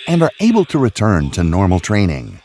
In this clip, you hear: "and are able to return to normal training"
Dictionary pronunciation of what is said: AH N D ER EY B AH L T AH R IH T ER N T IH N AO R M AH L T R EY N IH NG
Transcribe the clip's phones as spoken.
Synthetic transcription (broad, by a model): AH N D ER EY B AH L T AH R IH T ER N T IH N AO R M L T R EY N IH NG